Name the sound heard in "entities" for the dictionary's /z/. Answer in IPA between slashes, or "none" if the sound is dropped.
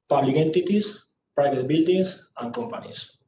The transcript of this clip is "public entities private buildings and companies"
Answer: /s/